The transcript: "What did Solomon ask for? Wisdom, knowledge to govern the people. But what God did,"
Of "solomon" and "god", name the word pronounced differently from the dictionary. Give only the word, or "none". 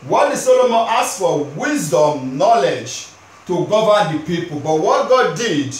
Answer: none